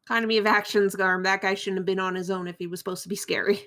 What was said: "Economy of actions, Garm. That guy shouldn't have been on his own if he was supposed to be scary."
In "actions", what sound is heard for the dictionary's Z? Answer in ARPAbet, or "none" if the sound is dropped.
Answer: Z